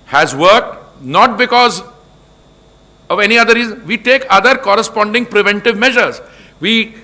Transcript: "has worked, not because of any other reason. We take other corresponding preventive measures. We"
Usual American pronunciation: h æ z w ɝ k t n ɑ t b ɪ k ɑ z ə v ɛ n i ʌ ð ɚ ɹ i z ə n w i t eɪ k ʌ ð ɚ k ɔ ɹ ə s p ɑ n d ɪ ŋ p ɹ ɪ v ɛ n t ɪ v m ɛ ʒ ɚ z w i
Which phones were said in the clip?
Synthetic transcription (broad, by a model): h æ z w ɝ k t n ɑ t b ɪ k ɑ z ə v ɛ n i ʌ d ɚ ɹ i z ə n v i t eɪ k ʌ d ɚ k ɔ ɹ ə s p ɑ n d ɪ ŋ p ɹ ɪ v ɛ n t ɪ v m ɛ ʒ ɚ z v i